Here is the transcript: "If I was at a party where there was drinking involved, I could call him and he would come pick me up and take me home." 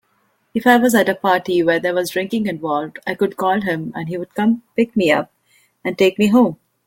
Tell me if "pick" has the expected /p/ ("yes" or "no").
yes